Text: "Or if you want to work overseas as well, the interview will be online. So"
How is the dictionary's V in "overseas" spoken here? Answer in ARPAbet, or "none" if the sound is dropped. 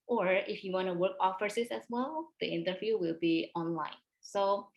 F